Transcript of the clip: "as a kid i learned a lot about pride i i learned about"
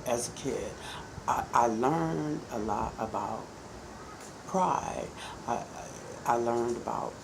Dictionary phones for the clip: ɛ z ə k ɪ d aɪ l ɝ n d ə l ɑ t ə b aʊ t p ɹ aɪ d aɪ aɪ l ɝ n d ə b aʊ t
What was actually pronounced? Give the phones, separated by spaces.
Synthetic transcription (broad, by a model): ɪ z ə k ɪ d aɪ l ɝ n d ə l ɑ t ə b aʊ t p ɹ aɪ d aɪ aɪ l ɝ n d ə b aʊ t